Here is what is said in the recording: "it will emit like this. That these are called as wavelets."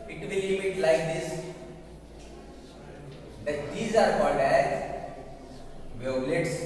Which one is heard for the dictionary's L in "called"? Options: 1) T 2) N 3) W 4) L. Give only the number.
2